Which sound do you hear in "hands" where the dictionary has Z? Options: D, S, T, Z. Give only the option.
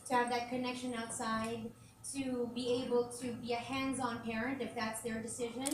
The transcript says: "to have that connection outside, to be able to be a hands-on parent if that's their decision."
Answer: Z